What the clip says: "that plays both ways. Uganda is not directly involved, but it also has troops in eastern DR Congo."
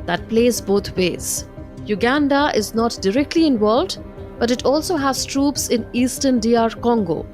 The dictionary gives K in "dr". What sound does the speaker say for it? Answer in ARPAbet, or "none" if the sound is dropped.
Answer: none